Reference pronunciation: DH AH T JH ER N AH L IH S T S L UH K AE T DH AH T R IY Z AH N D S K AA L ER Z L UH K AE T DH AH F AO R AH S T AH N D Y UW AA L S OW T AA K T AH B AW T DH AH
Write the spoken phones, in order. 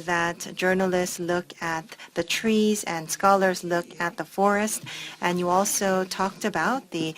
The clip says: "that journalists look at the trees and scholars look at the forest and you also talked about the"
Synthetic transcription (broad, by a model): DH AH T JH ER N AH L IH S T S L UH K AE T DH AH T R IY Z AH N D S K AA L ER Z L UH K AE T DH AH F AO R AH S T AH N Y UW AA L S OW T AA K T AH B AW T DH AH